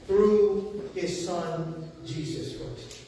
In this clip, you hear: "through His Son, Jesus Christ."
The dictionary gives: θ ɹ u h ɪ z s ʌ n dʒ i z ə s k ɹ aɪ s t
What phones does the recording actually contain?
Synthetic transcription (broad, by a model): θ ɹ u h ɪ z s ʌ n dʒ i z ə s k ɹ aɪ s t